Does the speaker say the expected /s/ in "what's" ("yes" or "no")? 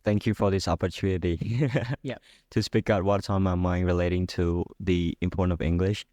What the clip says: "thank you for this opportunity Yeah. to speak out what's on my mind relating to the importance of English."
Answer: no